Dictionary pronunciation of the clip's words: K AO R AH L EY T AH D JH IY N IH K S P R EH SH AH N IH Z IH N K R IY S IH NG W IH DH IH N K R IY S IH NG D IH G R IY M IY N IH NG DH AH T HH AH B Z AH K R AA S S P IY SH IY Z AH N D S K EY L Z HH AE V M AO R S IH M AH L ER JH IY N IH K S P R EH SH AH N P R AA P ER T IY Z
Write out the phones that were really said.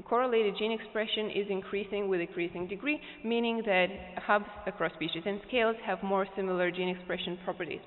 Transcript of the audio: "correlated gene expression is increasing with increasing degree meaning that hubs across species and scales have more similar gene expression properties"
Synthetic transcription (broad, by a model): K AO R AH L EY T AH D JH IY N IH K S P R EH SH AH N IH Z IH N K R IY S IH NG W IH DH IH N K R IY S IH NG D IH G R IY M IY N IH NG DH AH T HH AH B Z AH K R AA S S P IY SH IY Z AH N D S K EY L Z HH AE V M AO R S IH M L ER JH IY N IH K S P R EH SH AH N P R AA P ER T IY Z